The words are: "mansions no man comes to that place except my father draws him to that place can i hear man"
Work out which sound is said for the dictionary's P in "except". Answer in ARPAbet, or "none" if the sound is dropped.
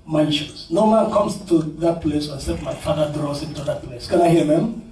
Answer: none